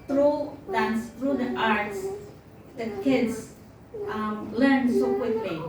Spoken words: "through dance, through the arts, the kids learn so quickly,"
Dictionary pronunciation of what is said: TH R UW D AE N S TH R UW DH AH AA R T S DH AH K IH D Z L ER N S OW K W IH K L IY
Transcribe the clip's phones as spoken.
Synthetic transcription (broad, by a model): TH R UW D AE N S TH R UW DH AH AA R T S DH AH K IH D S L ER N S OW K W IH K L IY